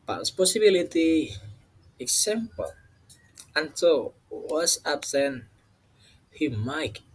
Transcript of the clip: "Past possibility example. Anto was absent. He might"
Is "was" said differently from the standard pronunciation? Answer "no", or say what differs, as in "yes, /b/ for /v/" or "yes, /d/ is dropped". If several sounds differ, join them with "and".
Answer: yes, /s/ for /z/